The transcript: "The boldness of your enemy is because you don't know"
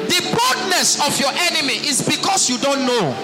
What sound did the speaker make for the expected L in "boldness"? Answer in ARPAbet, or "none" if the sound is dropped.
none